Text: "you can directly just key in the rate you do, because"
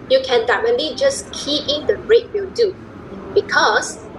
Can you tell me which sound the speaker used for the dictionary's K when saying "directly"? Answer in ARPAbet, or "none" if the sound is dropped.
none